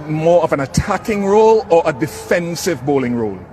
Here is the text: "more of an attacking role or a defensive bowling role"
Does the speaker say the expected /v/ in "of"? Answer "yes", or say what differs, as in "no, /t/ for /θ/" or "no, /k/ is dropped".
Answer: yes